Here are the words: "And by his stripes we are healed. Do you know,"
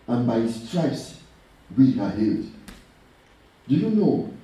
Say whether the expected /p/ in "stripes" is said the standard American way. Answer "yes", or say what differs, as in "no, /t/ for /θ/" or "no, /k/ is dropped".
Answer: no, /p/ is dropped